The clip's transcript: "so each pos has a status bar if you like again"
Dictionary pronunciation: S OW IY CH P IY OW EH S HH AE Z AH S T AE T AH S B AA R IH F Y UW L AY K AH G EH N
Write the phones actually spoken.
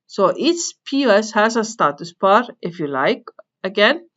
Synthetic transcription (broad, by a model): S OW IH S P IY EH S HH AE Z AH S T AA T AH S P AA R IH F Y UW L AY K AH G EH N